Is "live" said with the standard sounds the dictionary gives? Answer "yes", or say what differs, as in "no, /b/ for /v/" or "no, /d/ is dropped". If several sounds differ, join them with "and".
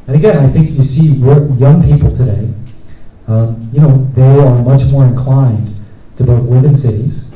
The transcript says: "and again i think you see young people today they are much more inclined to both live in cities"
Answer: no, /w/ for /l/